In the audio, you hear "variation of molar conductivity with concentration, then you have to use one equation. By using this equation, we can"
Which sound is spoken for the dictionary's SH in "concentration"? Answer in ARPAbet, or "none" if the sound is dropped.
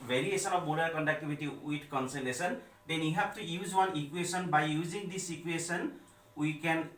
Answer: S